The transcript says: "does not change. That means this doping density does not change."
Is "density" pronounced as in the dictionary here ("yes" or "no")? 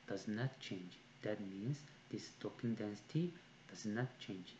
yes